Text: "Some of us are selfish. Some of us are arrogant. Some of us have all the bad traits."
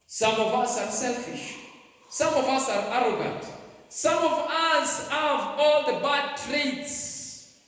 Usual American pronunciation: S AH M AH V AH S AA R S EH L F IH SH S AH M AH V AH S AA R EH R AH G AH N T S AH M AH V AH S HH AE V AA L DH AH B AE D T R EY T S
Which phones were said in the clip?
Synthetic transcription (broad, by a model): S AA M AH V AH S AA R S EH L F IH SH S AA M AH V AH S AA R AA R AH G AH N T S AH M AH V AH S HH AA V AA L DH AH B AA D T R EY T S